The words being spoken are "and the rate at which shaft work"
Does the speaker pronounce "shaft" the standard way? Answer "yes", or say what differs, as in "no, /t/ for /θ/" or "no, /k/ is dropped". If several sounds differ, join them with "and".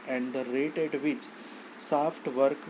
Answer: no, /s/ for /ʃ/